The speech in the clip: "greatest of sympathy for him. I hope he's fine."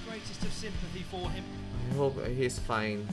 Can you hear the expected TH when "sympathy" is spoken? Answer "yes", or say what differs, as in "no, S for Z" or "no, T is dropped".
yes